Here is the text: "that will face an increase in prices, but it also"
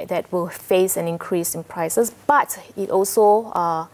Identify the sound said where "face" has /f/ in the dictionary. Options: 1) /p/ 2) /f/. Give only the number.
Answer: 2